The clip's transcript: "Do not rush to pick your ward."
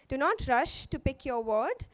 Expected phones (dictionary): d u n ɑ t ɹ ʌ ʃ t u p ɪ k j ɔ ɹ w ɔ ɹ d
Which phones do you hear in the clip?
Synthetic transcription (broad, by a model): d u n ɑ t ɹ ʌ ʃ t u p ɪ k j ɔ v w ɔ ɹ d